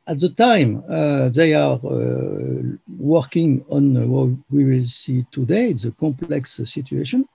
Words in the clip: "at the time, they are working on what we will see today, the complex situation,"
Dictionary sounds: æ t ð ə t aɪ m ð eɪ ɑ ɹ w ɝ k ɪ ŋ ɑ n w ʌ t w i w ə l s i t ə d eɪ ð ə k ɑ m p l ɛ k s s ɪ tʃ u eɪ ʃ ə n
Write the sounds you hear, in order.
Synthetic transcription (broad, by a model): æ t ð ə t aɪ m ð eɪ ɑ ɹ w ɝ k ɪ ŋ ɑ n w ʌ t w i w ə l s i t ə d eɪ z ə k ɑ m p l ɛ k s s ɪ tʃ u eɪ ʃ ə n